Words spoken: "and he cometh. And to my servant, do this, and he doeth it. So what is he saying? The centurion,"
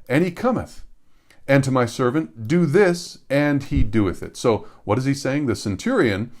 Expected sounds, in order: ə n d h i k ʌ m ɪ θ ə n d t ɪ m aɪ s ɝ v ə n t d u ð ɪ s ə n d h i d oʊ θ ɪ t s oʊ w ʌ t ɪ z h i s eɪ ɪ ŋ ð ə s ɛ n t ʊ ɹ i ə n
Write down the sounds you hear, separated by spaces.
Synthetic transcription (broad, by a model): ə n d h i k ʌ m ɪ θ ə n t ɪ m aɪ s ɝ v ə n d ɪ ð ɪ s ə n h i d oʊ θ ɪ t s oʊ w ʌ t ɪ z i s eɪ ɪ ŋ ð ə s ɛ n t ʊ ɹ i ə n